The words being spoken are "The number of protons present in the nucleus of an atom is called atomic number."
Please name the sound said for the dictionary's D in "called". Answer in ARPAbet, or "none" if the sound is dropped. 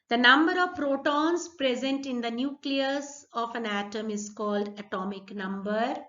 D